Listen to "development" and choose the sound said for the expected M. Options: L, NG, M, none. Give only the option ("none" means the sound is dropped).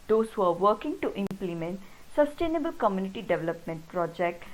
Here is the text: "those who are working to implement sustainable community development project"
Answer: M